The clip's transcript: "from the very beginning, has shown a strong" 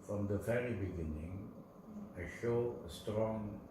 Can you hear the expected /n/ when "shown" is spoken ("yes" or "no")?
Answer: no